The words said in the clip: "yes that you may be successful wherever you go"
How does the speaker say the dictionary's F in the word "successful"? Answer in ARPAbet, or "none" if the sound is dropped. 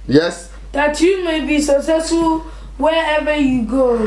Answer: none